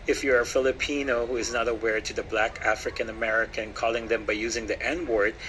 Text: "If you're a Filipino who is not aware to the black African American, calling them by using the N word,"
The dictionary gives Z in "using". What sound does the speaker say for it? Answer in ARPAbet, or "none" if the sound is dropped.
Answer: Z